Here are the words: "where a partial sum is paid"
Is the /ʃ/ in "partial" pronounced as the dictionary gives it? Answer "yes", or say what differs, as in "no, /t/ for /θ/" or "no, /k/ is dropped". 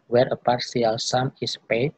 no, /s/ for /ʃ/